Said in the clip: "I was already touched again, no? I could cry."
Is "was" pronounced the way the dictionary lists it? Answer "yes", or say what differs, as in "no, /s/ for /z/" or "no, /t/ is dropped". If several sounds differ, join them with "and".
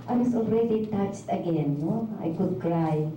no, /s/ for /z/